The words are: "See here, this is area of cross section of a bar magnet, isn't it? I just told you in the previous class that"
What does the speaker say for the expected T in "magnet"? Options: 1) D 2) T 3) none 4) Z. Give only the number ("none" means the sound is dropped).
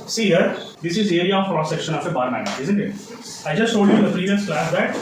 3